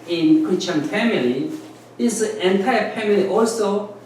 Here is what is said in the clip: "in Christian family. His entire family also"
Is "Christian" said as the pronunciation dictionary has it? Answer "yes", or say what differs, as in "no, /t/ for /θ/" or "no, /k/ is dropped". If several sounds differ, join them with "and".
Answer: no, /s/ is dropped